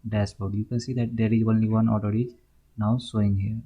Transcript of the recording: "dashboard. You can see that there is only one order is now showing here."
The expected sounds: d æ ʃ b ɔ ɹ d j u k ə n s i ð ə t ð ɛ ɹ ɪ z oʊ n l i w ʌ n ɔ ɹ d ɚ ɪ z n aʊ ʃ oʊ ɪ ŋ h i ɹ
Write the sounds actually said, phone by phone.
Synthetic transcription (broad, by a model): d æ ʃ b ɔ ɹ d j u k ə n s i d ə t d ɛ ɹ ɪ z oʊ n l i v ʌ n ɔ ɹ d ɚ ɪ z n aʊ s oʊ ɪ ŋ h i ɹ